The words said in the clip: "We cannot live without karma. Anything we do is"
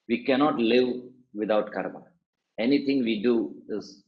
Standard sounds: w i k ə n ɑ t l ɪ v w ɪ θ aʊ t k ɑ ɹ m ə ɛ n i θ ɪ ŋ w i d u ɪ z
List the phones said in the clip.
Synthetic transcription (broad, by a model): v i k ə n ɑ t l ɪ v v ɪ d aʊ t k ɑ ɹ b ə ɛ n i t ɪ ŋ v i d u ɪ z